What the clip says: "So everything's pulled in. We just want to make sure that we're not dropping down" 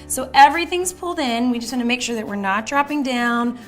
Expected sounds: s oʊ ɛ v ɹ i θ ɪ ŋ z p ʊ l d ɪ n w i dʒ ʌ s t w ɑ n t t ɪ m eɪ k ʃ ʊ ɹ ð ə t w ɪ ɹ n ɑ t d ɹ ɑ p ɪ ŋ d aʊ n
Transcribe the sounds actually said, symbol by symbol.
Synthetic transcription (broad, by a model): s oʊ ɛ v ɹ i θ ɪ ŋ z p ʊ l d ɪ n w i dʒ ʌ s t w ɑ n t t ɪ m eɪ k ʃ ʊ ɹ ð ə t w ɪ ɹ n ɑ t d ɹ ɑ p ɪ ŋ d aʊ n